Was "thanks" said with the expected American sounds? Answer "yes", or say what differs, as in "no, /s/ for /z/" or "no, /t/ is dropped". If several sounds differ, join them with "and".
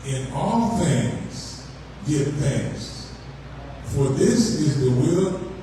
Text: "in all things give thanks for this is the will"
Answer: no, /k/ is dropped